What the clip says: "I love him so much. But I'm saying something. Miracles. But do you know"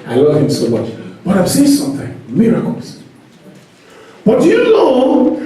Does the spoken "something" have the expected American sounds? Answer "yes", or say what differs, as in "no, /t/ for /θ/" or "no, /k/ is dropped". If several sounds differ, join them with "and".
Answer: yes